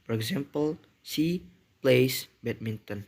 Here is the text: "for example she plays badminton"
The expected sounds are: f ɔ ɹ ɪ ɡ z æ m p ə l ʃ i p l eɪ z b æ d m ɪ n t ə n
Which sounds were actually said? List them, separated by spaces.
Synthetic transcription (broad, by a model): f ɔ ɹ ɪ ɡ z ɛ m p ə l s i p l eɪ s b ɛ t m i n t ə n